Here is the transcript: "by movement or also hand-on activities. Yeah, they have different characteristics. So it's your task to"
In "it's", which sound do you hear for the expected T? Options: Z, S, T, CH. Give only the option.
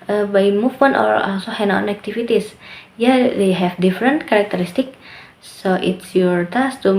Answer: T